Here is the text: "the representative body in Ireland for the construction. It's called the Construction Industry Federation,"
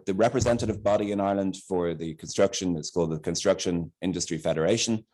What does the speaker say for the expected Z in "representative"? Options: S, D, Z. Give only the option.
Z